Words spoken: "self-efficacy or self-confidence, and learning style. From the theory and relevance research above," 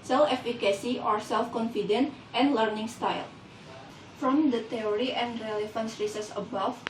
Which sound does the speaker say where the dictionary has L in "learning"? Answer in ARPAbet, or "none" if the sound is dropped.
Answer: L